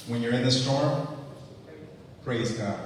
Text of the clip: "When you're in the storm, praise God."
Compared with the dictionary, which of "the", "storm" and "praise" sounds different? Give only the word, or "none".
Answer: none